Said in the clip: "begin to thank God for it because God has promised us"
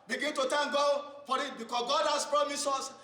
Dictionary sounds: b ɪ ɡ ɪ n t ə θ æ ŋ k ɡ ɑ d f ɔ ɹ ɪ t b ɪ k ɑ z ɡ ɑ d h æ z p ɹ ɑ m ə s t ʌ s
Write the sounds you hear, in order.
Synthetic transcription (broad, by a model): b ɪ ɡ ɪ n t ə t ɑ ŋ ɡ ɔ f ɔ ɹ ɪ t b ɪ k ɑ s ɡ ɑ d h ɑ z p ɹ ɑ m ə s ɔ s